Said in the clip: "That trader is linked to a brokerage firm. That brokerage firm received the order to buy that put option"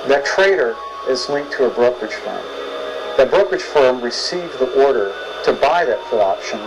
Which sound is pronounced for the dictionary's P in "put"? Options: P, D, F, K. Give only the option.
F